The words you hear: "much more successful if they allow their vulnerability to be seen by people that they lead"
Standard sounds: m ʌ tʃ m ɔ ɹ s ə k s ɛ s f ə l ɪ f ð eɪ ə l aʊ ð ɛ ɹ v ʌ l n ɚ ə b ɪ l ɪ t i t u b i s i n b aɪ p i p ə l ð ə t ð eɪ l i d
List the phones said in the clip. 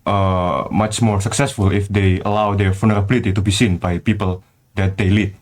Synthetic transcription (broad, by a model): m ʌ tʃ m ɔ ɹ s ə k s ɛ s f ə l ɪ f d eɪ ə l aʊ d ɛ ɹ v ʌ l n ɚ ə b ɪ l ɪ t i t u b i s i n b aɪ p i p ə l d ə t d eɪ l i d